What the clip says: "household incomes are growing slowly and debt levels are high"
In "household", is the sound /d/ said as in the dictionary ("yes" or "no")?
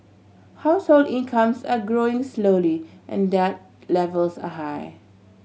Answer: yes